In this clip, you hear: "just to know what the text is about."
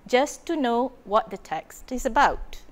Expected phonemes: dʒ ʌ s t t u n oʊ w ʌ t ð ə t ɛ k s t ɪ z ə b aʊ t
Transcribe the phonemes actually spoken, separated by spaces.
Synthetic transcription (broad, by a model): dʒ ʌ s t t u n oʊ w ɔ t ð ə t ɛ k s t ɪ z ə b aʊ t